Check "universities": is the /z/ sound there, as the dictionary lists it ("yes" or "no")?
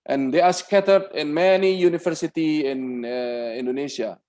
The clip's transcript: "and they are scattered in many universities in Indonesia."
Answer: no